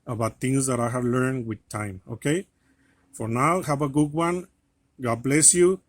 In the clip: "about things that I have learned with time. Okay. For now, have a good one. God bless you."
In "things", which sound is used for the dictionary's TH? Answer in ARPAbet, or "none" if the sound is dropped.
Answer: T